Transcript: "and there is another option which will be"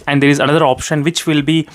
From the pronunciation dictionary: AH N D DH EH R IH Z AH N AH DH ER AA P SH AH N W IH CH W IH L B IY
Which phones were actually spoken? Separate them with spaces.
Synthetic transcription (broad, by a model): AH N D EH R IH Z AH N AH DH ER AA P SH AH N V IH CH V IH L B IY